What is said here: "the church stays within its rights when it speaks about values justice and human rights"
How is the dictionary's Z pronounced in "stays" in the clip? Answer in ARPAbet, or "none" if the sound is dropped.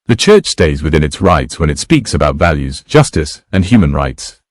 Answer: Z